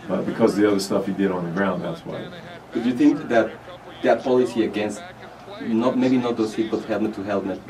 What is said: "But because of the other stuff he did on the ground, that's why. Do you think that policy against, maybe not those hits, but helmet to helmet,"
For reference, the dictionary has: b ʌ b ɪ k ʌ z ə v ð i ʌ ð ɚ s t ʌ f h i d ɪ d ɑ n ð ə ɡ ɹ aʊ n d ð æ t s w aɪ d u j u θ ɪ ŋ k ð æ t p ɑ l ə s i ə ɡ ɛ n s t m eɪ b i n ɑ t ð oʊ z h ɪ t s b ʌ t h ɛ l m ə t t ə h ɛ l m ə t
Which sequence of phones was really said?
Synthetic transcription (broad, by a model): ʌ b ɪ k ʌ z ð i ʌ ð ɚ s t ʌ f h i d ɪ d n ð ə ɡ ɹ aʊ n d ð æ t s w aɪ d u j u θ ɪ ŋ k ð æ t p ɑ l ə s i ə ɡ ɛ n s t m eɪ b i n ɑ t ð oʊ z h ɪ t b ʌ t h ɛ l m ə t t ə h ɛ l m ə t